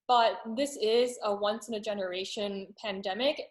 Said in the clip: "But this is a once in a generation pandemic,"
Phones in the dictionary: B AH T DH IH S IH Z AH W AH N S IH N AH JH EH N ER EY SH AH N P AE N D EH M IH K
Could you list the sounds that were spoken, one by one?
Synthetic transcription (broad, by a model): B AH T DH IH S IH Z AH W AH N S IH N AH JH EH N ER EY SH AH N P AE N D EH M IH K